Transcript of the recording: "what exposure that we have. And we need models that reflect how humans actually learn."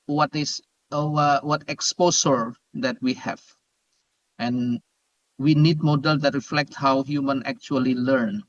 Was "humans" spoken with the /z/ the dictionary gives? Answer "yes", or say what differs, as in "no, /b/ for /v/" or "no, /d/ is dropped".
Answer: no, /z/ is dropped